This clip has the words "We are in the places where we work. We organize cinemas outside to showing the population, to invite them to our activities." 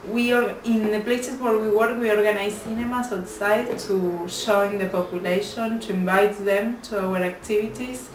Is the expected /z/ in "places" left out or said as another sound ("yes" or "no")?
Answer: yes